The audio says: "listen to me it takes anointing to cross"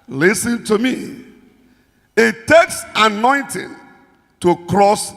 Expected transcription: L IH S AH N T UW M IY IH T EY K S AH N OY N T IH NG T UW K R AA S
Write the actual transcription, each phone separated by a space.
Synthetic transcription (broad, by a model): L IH S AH N T UW M IY IH T EY K S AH N OY N T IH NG T UW K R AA S